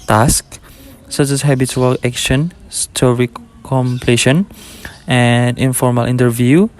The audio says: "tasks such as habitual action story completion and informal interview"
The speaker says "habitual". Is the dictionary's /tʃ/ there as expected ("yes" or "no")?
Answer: no